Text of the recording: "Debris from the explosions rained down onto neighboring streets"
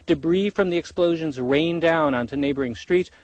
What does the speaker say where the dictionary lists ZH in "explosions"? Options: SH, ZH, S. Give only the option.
ZH